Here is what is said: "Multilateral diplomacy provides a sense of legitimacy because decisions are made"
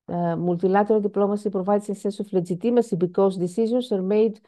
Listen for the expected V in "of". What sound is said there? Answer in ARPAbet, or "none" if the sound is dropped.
F